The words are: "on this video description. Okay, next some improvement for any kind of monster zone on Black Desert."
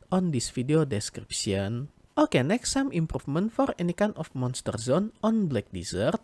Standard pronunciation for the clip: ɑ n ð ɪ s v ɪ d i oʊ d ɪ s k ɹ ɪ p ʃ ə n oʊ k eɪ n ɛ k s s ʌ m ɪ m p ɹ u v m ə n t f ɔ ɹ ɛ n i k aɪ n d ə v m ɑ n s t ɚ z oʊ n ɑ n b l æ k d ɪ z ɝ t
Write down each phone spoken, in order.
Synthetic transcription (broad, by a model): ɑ n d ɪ s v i d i oʊ d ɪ s k ɹ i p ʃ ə n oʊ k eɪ n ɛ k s s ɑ m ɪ m p ɹ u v m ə n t f ɔ ɹ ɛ n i k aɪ n ə f m ɑ n s t ɚ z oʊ n ɑ n b l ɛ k d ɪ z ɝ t